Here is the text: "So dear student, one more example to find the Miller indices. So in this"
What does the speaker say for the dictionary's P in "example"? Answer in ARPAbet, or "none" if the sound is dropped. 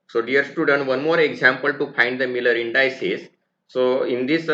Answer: P